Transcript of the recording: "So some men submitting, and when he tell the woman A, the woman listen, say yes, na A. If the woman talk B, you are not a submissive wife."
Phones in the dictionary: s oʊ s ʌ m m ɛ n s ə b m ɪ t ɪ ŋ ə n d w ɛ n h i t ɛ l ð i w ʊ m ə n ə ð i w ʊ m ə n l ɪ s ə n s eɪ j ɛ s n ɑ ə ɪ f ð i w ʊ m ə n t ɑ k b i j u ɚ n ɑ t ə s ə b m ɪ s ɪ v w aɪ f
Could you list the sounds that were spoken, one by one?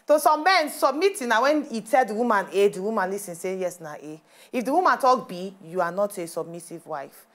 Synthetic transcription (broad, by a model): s oʊ s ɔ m m ɛ n s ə b m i t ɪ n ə w ɛ n i t ɛ l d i w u m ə n ə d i w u m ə n l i s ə n s eɪ j ɛ s n ɑ ə ɪ f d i w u m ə n t ɑ k b i j u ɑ n ɑ t ə s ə b m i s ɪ v w aɪ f